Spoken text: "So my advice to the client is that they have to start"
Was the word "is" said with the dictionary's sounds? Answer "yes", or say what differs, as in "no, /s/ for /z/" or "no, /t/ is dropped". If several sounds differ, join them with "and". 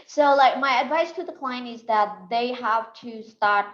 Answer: yes